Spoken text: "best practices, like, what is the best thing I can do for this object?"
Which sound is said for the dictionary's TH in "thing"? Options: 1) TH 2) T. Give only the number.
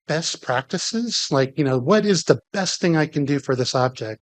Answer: 1